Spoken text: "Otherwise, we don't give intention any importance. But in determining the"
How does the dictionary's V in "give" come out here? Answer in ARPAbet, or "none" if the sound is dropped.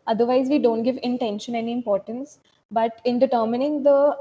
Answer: V